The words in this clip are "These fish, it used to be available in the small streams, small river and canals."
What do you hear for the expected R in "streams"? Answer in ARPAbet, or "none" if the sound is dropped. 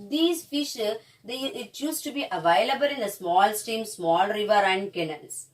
none